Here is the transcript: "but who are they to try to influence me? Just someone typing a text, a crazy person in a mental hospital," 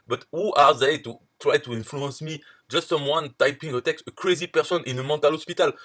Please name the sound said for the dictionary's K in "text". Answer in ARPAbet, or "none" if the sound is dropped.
K